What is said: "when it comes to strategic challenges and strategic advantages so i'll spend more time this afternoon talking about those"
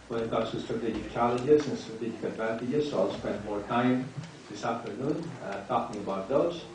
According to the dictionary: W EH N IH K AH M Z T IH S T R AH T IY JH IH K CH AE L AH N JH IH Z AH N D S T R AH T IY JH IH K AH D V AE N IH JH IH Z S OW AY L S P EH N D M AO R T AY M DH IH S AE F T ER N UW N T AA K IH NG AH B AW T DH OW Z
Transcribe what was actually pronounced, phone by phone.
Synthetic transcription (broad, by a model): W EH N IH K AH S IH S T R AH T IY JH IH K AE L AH JH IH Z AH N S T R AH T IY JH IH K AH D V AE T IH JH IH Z S OW AY L S P EH N D M AO R T AY M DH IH S AE F T ER N UW N T AA K IH NG AH B AW T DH OW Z